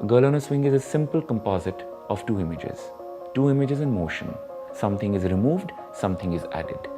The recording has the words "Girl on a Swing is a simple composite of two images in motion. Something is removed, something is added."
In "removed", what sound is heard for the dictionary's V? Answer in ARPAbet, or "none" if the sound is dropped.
V